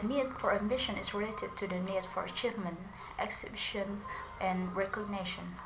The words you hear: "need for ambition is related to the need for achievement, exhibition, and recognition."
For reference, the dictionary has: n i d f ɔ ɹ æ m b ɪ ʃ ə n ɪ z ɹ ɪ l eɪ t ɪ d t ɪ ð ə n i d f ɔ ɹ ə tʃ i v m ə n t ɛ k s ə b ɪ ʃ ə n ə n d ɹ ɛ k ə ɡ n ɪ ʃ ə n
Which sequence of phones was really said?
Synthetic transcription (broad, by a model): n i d f ɔ ɹ æ m b ɪ ʃ ə n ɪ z ɹ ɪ l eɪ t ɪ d t ɪ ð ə n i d f ɔ ɹ ə tʃ i v m ə n t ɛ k s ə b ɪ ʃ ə n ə n ɹ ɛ k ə ɡ n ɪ ʃ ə n